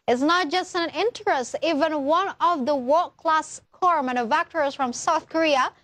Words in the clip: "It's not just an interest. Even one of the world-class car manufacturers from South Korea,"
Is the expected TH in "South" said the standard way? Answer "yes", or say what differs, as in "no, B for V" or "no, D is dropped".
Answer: yes